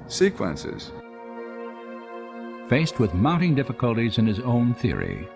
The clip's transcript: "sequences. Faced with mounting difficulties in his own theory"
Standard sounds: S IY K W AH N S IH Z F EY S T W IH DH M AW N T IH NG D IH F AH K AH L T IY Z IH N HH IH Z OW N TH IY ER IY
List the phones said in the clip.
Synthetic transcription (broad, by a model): S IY K W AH N S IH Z F EY S T W IH DH M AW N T IH NG D IH F AH K AH L T IY Z IH N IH Z OW N TH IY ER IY